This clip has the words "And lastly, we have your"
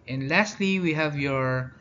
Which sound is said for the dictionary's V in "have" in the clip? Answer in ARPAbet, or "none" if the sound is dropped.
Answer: V